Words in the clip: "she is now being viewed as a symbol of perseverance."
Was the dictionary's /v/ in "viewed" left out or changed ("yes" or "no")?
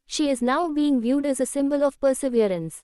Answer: no